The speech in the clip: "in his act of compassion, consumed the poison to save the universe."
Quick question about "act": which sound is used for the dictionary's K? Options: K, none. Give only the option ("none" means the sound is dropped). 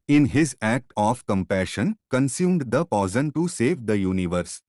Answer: K